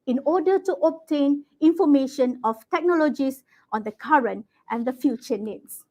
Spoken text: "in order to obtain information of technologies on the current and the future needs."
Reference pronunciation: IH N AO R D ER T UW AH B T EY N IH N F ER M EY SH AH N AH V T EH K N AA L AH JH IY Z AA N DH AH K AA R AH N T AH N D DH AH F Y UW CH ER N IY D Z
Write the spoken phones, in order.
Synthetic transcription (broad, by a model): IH N AO D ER T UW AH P T EY N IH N F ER M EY SH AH N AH F T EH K N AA L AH JH IY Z AA N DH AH K AA R AH N T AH N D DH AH F Y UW CH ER N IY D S